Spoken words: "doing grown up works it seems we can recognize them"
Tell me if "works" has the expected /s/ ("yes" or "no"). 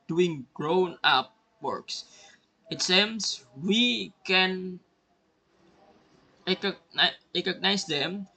yes